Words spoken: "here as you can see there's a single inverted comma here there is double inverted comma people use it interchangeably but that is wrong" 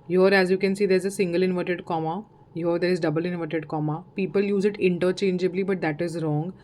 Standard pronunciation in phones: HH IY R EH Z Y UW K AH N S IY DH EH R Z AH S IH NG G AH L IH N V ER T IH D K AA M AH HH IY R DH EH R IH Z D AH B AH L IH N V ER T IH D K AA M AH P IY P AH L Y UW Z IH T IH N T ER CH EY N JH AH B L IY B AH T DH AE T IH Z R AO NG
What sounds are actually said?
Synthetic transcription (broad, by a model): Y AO R EH Z Y UW K AH N S IY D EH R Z AH S IH NG G AH L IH N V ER T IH D K AA M AH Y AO R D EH R IH Z D AH B AH L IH N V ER T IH D K AA M AH P IY P AH L Y UW Z IH T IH N T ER CH EY N JH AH B L IY B AH T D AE T IH Z R AO NG